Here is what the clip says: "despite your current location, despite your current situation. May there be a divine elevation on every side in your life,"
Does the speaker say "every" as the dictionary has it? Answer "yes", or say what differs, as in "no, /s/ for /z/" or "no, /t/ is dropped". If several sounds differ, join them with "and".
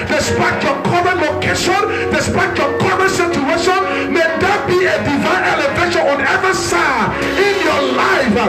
no, /ɹ/ is dropped